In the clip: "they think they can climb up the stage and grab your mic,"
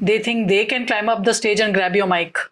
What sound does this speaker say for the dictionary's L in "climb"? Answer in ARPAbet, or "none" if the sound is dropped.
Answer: L